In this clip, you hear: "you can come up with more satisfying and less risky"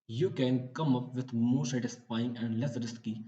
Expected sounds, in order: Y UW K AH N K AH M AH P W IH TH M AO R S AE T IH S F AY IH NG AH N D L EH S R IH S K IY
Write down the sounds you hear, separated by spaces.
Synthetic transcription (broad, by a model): Y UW K AH N K AH M AH P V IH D M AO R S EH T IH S P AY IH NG AH N D L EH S R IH S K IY